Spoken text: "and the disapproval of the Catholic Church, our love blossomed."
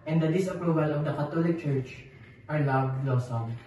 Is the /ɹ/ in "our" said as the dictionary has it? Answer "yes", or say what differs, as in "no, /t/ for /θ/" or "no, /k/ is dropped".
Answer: yes